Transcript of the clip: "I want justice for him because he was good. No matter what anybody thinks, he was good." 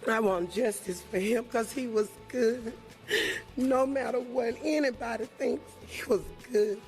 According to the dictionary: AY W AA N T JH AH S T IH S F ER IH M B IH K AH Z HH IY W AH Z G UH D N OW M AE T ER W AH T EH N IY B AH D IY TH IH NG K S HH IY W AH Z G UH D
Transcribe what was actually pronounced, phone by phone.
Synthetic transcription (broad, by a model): AY W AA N JH AH S T IH S F ER IH M K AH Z HH IY W AH Z G UH D N OW M AE T ER W AH T EH N IY B AH D IY TH IH NG K S HH IY W AH Z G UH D